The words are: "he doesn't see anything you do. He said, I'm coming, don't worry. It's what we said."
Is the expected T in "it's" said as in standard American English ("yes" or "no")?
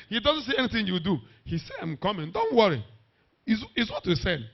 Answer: no